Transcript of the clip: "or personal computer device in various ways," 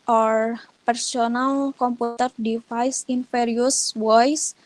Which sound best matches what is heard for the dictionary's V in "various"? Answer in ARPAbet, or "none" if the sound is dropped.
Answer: F